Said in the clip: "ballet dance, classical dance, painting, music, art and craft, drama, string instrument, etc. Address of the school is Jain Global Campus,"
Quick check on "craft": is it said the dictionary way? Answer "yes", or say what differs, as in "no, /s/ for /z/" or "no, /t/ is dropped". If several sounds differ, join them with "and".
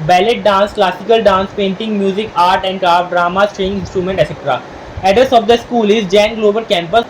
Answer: no, /f/ is dropped